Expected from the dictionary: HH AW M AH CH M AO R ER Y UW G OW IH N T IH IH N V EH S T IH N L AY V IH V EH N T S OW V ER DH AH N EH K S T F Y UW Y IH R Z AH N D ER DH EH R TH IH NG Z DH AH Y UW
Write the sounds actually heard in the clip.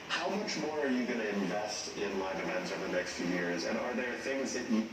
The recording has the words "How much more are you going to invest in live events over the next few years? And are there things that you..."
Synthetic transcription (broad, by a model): HH AW M AH CH M AO R ER Y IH G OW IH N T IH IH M V EH S T IH N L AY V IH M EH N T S OW V ER DH AH N EH K S T F Y UW Y IH R Z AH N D ER DH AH R TH IH NG Z DH AH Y